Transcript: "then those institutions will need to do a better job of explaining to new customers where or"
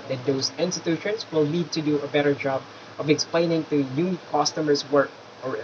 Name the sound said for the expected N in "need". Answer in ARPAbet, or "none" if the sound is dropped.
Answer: L